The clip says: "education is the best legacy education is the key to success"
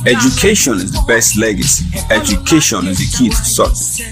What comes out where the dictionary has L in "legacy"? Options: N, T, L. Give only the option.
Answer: L